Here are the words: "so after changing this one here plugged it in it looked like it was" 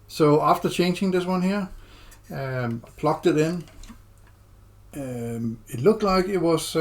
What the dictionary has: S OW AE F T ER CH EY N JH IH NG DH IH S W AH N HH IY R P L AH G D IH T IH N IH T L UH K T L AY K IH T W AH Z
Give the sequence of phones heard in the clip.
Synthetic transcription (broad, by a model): S OW AE F T ER CH EY N JH IH NG DH IH S W AH N HH IY R P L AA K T IH T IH N IH T L UH K T L AY K IH T W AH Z